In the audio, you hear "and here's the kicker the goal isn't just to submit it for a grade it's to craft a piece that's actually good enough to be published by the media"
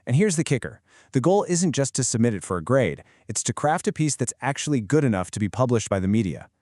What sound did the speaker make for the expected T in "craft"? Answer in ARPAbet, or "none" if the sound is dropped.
T